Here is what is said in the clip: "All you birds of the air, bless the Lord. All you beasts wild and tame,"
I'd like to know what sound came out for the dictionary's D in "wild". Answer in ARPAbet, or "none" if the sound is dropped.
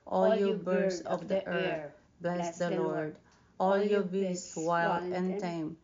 none